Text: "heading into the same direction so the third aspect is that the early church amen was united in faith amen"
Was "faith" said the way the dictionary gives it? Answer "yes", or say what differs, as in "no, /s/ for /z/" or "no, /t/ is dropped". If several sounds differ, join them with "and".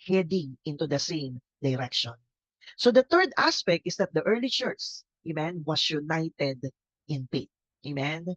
no, /p/ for /f/ and /t/ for /θ/